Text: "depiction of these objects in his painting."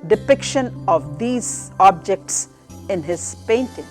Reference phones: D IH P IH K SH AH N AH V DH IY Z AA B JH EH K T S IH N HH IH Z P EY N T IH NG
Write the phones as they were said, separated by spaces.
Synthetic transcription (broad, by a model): D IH P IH K SH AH N AH V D IY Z AA B JH EH K T S IH N HH IH Z P EY N T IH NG